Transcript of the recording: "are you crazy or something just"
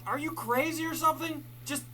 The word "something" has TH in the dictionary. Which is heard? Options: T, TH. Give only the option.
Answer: TH